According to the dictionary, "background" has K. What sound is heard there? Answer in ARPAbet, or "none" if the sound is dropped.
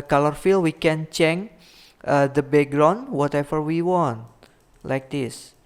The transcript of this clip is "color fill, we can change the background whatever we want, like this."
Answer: none